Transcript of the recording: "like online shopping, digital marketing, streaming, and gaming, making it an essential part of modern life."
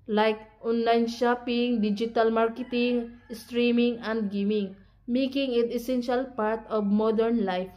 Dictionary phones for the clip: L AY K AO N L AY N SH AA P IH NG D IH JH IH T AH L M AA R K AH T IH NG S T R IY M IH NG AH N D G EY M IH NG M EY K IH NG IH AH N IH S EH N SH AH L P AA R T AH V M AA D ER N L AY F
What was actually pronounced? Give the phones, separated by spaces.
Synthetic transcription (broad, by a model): L AY K AO N L AY N SH AA P IH NG D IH JH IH T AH L M AA R K AH T IH NG S T R IY M IH NG AH N D G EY M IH NG M EY K IH NG IH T IH S EH N SH AH L P AA R T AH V M AA D ER N L AY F